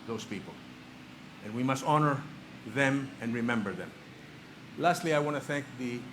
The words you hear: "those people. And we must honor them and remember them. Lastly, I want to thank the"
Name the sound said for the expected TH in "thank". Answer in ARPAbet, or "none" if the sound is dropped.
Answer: TH